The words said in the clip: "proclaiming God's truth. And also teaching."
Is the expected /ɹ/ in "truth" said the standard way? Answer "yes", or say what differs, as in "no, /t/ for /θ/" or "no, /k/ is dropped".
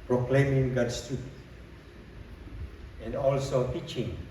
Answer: no, /ɹ/ is dropped